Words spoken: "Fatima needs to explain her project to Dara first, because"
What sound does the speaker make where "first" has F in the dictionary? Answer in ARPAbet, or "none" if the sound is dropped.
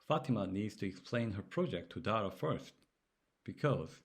F